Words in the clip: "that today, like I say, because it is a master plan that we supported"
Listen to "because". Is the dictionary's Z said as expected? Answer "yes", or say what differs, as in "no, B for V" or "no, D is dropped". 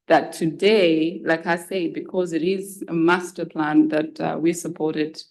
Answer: yes